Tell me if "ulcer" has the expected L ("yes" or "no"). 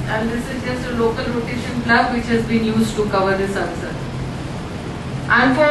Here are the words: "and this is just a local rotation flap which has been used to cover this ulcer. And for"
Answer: no